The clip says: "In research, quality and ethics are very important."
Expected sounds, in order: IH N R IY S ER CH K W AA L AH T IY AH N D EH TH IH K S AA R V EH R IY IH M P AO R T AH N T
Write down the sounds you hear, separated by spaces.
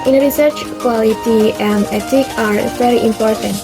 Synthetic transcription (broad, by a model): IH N R IY S ER CH K W AA L AH T IY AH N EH T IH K AA R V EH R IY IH M P AO R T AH N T